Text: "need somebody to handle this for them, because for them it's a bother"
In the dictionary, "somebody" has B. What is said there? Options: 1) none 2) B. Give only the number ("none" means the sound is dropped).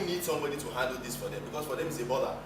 2